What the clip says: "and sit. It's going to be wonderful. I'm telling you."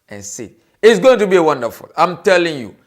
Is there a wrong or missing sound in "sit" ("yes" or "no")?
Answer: yes